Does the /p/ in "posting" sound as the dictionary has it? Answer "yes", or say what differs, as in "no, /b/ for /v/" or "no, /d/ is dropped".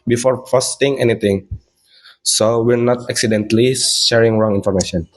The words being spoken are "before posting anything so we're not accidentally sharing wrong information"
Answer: no, /f/ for /p/